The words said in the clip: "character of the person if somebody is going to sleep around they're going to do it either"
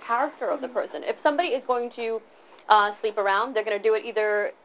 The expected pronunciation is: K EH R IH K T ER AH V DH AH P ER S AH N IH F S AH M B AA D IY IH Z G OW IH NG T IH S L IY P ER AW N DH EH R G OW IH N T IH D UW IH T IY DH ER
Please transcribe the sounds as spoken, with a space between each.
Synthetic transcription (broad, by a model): K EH R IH K T ER AH V DH AH P ER S AH N IH F S AH M B AA D IY IH Z G OW IH NG T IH S L IY P ER AW N DH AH R G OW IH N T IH D IH T IY DH ER